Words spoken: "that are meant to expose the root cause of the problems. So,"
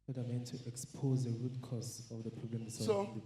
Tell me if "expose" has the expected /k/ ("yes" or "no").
yes